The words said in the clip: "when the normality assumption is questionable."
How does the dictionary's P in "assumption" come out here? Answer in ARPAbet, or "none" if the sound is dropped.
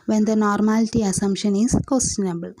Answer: none